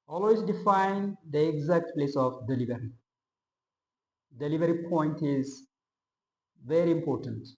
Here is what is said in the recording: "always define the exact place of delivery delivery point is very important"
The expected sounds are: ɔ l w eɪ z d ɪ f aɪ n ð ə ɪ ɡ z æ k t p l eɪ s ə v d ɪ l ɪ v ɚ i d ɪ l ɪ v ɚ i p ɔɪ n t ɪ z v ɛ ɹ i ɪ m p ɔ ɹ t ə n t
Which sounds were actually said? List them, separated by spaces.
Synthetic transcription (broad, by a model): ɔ l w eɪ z d ɪ f aɪ n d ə ɪ ɡ z æ k t p l eɪ s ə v d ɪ l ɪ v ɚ i d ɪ l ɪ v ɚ i p ɔɪ n t ɪ z v ɛ ɹ i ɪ m p ɔ ɹ t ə n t